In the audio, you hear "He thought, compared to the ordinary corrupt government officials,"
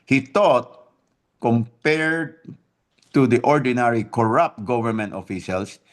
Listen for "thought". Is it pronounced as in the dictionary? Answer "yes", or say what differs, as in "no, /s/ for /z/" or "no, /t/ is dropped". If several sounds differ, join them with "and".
no, /t/ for /θ/